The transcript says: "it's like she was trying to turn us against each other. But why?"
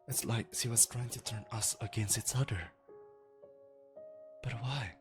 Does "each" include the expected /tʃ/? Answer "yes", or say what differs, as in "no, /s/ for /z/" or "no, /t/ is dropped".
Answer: no, /s/ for /tʃ/